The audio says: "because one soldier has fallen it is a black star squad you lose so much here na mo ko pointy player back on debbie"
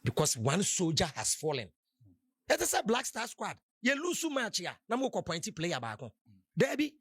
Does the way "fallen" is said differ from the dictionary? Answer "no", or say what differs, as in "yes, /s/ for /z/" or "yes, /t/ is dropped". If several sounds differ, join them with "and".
no